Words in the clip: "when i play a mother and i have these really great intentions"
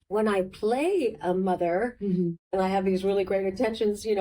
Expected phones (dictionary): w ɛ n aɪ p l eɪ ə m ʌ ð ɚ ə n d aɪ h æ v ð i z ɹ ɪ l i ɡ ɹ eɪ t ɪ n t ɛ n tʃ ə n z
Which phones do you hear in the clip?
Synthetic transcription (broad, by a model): w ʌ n aɪ p l eɪ ə m ʌ ð ɚ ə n aɪ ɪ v ð i z ɹ ɪ l i ɡ ɹ eɪ t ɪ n t ɛ n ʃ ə n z